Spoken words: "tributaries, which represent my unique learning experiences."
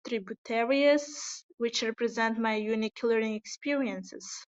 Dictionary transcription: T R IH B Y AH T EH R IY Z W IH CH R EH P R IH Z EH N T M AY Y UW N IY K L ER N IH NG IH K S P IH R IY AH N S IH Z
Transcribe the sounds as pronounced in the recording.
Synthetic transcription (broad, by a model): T R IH B Y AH T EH R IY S W IH CH R EH P R IH Z EH N T M AY Y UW N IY K L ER IH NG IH K S P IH R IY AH N S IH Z